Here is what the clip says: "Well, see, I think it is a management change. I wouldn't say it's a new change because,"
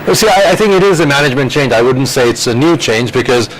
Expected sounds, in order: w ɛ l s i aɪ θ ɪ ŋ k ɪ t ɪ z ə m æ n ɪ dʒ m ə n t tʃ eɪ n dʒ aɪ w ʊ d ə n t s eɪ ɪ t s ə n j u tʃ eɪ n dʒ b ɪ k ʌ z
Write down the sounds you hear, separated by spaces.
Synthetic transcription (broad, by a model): s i aɪ θ ɪ ŋ k ɪ t ɪ z ə m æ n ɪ dʒ m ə n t tʃ eɪ n dʒ aɪ w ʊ d n t s eɪ ɪ t s ə n j u tʃ eɪ n dʒ b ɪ k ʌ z